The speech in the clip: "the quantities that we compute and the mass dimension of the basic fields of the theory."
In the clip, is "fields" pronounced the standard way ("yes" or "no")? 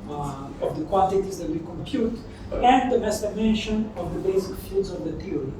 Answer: no